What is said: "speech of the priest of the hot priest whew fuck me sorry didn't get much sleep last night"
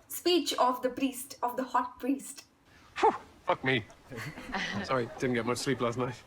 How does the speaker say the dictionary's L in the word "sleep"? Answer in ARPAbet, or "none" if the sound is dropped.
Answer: L